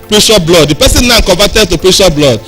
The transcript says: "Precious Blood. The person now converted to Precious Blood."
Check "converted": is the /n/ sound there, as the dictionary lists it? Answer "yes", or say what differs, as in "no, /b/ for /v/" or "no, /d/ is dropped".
no, /n/ is dropped